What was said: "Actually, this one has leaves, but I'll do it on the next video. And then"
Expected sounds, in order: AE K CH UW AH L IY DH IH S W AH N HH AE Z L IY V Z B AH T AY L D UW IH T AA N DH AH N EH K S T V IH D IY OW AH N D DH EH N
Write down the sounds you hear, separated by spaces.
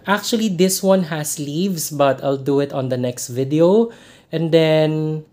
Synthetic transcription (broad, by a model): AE K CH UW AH L IY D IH S W AH N HH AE S L IY V S B AH T AY L D UW IH T AA N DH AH N EH K S T V IH D IY OW AH N D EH N